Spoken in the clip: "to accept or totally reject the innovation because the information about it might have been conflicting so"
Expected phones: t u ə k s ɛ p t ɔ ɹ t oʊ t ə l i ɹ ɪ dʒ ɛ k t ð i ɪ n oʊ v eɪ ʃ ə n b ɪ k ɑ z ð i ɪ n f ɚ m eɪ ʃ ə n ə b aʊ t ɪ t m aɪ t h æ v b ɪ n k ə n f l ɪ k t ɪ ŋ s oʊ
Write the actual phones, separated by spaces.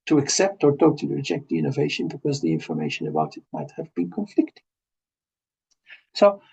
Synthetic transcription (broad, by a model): t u ə k s ɛ p t ɔ ɹ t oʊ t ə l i ɹ ɪ dʒ ɛ k t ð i ɪ n oʊ v eɪ ʃ ə n b ɪ k ɑ z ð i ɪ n f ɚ m eɪ ʃ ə n ə b aʊ t ɪ t m aɪ t h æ v b ɪ n k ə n f l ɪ k t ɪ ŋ s oʊ